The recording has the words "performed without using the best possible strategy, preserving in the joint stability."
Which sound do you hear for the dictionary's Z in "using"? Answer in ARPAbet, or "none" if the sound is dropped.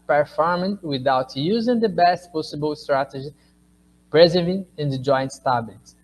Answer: Z